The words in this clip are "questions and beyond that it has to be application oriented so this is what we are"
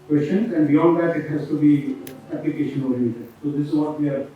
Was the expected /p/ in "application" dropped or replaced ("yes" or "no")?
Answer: no